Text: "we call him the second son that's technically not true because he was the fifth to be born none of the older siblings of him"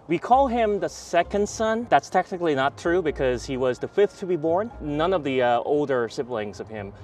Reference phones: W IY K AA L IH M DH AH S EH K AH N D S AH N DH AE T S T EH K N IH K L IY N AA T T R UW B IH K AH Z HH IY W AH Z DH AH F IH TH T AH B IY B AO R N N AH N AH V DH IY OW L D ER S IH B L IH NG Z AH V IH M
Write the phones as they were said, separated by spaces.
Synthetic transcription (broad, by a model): W IY K AA L IH M DH AH S EH K AH N D S AH N DH AE T S T EH K N IH K L IY N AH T T R UW B IH K AH Z HH IY W AH Z DH AH F IH TH T AH B IY B AO R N N AH N AH V DH IY OW L D ER S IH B L IH NG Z AH V IH M